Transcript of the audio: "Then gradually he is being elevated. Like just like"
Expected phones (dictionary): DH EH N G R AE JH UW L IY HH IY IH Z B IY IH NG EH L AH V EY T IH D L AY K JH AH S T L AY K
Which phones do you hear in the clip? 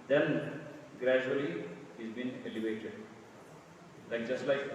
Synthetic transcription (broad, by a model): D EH N G R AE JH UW IY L IY IH Z B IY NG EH L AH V EY T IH D L AY K JH AH S T L AY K